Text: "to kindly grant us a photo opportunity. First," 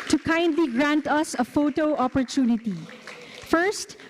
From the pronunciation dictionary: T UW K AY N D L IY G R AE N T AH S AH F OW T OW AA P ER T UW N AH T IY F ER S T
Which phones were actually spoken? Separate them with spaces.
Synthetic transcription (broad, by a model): T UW K AY N D L IY G R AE N T AH S AH F OW T OW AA P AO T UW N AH T IY F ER S T